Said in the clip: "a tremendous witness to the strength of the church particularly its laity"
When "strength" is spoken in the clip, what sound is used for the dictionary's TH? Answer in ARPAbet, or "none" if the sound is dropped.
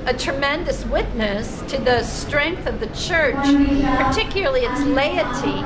TH